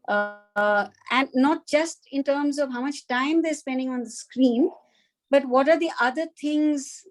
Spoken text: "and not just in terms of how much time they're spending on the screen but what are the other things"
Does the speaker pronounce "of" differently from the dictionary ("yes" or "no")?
no